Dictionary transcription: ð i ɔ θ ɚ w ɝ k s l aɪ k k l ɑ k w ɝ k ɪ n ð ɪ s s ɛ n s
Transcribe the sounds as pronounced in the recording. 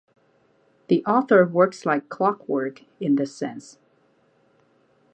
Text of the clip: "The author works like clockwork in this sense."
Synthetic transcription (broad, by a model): ð i ɔ θ ɚ w ɝ k s l aɪ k k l ɑ k w ɝ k ɪ n ð ɪ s s ɛ n s